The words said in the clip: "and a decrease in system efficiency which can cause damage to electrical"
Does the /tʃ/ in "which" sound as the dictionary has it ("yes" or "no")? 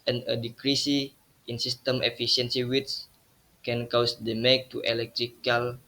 no